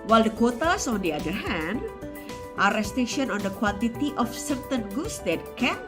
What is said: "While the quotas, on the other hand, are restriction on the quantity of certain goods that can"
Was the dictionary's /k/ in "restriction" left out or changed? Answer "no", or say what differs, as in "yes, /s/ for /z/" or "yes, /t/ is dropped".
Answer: yes, /k/ is dropped